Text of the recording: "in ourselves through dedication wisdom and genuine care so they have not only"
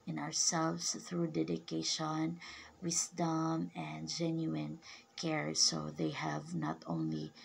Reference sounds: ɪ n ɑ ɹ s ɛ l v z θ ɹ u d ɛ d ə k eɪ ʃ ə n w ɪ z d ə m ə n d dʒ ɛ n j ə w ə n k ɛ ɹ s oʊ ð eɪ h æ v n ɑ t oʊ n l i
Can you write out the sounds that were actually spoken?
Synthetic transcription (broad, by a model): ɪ n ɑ ɹ s ɛ l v s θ ɹ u d ɛ d ə k eɪ ʃ ə n w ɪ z d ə m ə n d dʒ ɛ n j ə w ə n k ɛ ɹ s oʊ ð eɪ h æ v n ɑ t oʊ n l i